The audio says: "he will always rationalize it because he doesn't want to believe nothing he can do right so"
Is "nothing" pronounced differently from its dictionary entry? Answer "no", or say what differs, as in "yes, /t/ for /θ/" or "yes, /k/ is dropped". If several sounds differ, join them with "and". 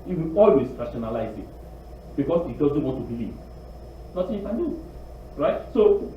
yes, /s/ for /θ/